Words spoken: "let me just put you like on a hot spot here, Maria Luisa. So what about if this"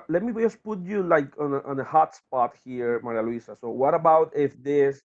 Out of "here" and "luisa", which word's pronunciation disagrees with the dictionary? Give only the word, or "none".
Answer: luisa